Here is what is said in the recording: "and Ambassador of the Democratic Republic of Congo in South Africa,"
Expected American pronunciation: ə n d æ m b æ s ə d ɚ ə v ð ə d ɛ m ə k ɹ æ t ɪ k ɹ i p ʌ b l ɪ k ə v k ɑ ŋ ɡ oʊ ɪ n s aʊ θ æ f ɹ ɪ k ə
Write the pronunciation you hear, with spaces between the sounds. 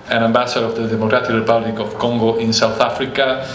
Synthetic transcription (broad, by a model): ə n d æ m b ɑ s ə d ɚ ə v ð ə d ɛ m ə k ɹ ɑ t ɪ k ɹ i p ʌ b l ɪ k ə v k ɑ ŋ ɡ oʊ ɪ n s aʊ θ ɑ f ɹ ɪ k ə